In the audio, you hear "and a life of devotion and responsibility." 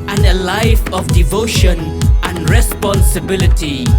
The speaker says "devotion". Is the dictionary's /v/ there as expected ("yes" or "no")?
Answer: yes